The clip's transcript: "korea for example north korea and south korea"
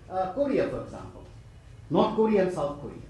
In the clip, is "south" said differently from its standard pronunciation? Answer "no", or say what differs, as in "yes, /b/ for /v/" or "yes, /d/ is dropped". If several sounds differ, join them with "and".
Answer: yes, /t/ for /θ/